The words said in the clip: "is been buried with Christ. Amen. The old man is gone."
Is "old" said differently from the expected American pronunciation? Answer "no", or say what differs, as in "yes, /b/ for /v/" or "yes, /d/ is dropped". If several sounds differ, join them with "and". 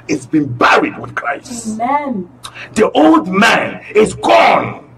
no